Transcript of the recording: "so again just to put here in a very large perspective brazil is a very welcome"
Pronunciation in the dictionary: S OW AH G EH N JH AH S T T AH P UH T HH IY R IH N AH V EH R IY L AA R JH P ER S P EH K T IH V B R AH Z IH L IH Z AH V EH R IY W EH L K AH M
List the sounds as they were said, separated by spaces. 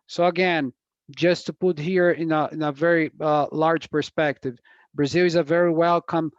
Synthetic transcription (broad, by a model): S OW AH G EH N JH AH S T T AH P UH T HH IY R IH N AH V EH R IY L AA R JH P ER S P EH K T IH V B R AH Z IH L IH Z AH V EH R IY W EH L K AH M